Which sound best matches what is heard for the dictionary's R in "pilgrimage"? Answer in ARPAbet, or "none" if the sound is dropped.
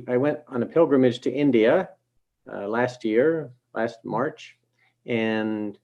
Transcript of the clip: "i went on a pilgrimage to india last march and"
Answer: R